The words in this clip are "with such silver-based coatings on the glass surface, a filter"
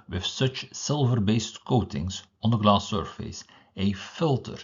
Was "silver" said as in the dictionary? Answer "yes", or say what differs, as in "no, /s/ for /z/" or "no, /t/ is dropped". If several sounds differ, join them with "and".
yes